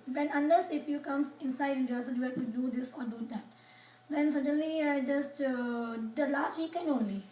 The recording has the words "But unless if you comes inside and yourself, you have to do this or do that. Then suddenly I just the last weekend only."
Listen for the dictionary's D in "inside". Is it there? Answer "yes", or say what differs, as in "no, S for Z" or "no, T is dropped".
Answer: no, D is dropped